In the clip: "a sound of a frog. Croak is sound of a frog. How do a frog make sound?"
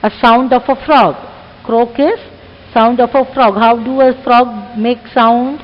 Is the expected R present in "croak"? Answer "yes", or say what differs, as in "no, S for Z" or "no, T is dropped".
yes